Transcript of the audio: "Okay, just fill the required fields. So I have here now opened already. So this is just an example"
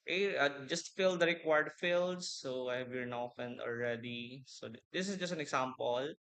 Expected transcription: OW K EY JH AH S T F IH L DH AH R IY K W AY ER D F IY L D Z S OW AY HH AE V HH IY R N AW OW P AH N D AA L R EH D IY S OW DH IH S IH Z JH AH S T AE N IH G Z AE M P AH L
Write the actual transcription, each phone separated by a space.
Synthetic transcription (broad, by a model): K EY JH AH S T F IH L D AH R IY K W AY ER D F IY L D S OW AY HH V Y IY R N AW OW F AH N AA L R EH D IY S OW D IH S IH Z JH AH S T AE N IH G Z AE M P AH L